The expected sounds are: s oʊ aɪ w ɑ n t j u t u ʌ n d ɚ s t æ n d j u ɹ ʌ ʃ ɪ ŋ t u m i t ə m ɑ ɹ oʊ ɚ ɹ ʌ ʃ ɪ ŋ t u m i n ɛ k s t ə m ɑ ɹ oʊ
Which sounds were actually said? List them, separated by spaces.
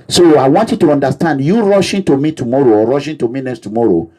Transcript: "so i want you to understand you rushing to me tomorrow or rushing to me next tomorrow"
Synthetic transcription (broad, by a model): s oʊ aɪ w ɑ n t j u t u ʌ n d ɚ s t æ n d j u ɹ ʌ ʃ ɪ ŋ t u m i t ə m ɑ ɹ oʊ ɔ ɹ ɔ ʃ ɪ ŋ t u m i n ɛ s t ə m ɑ ɹ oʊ